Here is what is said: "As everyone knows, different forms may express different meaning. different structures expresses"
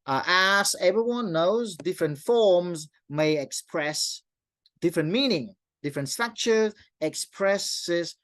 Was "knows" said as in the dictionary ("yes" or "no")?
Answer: yes